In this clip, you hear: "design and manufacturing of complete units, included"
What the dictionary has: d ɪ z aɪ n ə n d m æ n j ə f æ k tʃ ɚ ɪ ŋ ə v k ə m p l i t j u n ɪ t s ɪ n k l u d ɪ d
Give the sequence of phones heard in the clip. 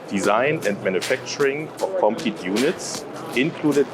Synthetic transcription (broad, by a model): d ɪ z aɪ n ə n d m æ n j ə f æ k tʃ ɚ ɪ ŋ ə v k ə m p i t j u n ɪ t s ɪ n k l u d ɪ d